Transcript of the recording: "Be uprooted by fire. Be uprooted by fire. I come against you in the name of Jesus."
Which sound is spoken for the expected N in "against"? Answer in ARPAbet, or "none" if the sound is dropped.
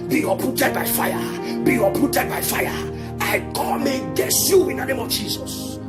none